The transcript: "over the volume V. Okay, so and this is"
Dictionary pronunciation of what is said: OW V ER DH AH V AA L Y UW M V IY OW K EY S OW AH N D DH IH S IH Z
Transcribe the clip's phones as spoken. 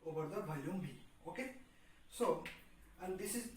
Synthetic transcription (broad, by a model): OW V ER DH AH B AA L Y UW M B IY OW K EY S OW AH N D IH S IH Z